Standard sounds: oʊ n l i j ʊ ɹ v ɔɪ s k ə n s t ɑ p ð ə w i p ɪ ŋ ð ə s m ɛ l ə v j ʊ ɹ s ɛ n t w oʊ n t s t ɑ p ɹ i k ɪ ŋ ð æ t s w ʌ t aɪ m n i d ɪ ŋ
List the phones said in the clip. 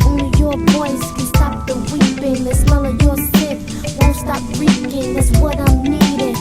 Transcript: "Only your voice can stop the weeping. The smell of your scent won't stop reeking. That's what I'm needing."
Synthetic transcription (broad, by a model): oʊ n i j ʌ ɹ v ɔɪ s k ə s t ɑ p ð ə w i p ɪ ŋ ð ə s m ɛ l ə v j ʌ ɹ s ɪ t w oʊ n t s t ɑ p ɹ i k ɪ ŋ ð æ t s w ʌ t aɪ m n i d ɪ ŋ